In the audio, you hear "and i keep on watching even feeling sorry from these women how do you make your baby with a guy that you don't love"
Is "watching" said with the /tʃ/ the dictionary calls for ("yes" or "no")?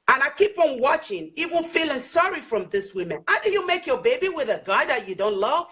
yes